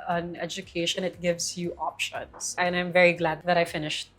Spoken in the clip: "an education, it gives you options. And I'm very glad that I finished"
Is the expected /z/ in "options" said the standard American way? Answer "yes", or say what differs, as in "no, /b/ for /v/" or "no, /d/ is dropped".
no, /s/ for /z/